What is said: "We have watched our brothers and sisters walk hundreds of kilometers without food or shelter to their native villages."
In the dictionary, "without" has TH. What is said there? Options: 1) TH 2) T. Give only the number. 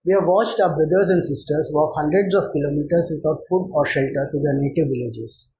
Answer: 2